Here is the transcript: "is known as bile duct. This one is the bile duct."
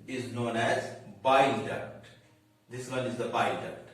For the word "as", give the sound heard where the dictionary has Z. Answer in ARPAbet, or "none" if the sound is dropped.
Z